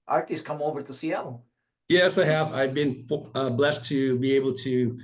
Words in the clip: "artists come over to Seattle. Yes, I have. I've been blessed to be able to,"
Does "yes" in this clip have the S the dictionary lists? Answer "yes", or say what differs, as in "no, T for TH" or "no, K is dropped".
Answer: yes